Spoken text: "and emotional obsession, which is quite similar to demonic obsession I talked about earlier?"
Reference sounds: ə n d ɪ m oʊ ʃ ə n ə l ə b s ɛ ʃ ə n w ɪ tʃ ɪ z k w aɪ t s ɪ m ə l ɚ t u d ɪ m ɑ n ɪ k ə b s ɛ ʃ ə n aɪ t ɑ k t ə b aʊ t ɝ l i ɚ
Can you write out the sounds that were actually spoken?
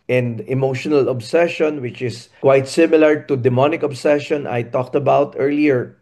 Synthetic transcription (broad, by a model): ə n d ɪ m oʊ ʃ ə n ə l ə b s ɛ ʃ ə n w ɪ tʃ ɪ s k w aɪ t s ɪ m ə l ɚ t u d ɪ m ɑ n ɪ k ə b s ɛ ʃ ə n aɪ t ɑ k t ə b aʊ t ɝ l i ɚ